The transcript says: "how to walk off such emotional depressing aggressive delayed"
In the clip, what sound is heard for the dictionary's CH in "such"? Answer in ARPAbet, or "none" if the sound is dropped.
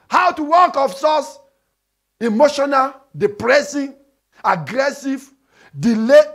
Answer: S